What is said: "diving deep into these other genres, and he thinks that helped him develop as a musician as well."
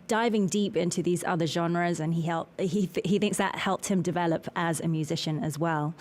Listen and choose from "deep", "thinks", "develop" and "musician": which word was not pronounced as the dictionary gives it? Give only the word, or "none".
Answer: none